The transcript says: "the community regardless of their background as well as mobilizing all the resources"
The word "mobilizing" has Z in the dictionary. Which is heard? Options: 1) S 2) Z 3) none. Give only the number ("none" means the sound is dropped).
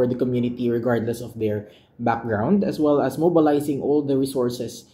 1